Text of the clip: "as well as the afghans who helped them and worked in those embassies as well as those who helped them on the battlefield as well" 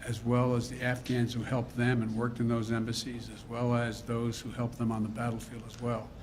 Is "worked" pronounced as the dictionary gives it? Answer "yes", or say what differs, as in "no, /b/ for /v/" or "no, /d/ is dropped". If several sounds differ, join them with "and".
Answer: yes